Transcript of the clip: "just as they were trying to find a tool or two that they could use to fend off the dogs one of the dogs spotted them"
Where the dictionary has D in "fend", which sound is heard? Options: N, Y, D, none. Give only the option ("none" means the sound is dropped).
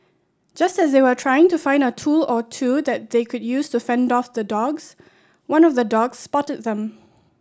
D